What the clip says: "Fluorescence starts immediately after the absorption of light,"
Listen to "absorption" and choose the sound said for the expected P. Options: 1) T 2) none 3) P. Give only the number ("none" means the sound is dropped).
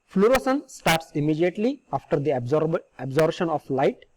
2